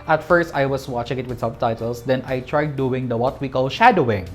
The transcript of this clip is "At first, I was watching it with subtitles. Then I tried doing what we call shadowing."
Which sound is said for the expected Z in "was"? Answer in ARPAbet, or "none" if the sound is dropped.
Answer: S